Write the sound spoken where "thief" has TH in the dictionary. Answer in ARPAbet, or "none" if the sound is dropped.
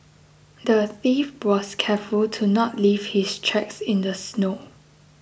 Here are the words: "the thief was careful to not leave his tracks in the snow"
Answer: TH